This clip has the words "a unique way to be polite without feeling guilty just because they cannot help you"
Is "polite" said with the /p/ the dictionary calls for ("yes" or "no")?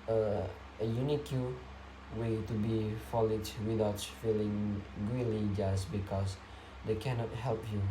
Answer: no